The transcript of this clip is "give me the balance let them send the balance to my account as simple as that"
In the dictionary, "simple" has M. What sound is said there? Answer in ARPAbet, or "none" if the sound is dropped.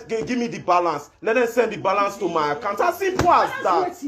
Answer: none